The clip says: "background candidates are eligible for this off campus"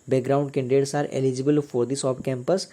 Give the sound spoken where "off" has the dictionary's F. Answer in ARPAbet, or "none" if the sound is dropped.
P